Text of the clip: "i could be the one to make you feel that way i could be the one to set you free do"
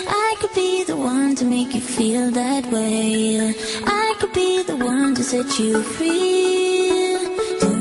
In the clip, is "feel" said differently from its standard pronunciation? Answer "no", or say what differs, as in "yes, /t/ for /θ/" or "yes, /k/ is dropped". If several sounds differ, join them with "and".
no